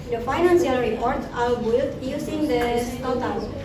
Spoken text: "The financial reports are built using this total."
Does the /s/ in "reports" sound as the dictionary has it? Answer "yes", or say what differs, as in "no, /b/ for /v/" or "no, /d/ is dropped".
no, /s/ is dropped